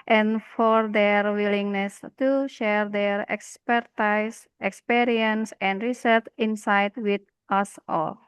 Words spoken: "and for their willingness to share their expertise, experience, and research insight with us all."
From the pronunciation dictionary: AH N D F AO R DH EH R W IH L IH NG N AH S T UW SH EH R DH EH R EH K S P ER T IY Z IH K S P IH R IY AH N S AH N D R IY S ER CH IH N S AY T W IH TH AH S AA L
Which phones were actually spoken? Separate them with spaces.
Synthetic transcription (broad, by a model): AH N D F AO R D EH R W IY L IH NG N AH S T UW SH EH R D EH R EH K S P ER T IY S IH K S P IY R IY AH N S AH N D R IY S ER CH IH N S AY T W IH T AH S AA L